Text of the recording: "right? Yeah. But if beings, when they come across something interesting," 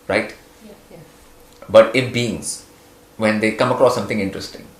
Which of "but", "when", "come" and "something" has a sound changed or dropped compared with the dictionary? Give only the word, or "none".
something